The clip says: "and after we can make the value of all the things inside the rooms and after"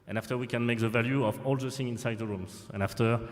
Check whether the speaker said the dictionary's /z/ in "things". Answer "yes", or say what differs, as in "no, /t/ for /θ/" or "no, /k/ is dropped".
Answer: no, /z/ is dropped